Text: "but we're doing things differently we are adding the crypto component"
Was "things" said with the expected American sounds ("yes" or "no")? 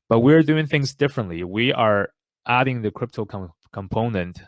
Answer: yes